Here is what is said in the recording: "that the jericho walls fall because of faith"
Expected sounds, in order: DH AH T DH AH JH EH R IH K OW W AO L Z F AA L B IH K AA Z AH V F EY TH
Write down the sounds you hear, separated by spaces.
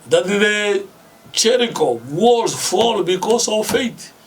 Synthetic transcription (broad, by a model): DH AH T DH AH CH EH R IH K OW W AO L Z F AA L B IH K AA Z AH V F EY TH